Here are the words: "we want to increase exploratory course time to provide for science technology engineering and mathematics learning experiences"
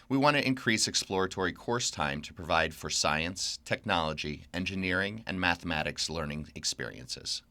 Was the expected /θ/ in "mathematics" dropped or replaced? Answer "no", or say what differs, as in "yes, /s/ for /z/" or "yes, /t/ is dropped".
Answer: no